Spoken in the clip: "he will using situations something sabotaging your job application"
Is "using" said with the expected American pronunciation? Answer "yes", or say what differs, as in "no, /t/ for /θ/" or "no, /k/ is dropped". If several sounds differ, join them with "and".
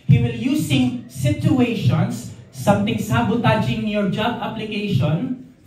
no, /s/ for /z/